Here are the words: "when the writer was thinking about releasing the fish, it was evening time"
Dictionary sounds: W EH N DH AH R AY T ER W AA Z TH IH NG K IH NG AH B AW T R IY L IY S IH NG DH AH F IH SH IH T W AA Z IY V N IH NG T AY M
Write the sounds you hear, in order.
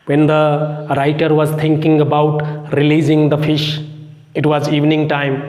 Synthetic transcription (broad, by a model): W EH N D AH R AY T ER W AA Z T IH NG K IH NG AH B AW T R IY L IY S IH NG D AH F IH SH IH T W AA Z IY V N IH NG T AY M